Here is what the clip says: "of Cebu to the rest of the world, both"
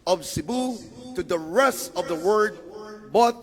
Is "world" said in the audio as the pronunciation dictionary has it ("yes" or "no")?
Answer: no